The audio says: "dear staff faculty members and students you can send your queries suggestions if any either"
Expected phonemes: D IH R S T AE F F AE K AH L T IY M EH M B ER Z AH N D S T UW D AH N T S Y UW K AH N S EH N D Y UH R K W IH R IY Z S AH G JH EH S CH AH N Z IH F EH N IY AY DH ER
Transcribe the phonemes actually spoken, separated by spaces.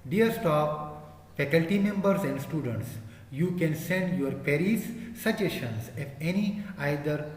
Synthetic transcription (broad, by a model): D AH R S T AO P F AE K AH L T IY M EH M B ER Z AH N D S T UW D AH N T S Y UW K AH N S EH N D Y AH R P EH R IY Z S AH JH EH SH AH N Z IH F EH N IY AY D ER